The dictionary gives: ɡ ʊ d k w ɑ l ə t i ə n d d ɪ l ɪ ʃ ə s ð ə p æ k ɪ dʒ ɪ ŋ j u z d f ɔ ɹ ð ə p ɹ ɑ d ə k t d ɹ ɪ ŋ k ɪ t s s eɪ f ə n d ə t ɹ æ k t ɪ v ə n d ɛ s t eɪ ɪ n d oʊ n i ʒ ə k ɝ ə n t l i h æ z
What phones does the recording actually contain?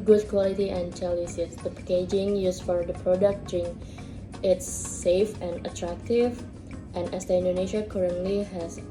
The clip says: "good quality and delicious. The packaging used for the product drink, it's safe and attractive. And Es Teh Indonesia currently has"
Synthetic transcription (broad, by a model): ɡ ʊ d k w ɑ l ə t i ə n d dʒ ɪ l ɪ s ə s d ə p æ k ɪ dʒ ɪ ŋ j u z f ɔ ɹ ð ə p ɹ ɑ d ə k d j ɹ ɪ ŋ ɪ t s s eɪ f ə n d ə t ɹ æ k t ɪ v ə n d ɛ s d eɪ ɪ n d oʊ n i ʃ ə k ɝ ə n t l i h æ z